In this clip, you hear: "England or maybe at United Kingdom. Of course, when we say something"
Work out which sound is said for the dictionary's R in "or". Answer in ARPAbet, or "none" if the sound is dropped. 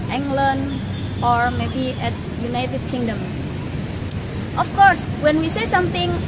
R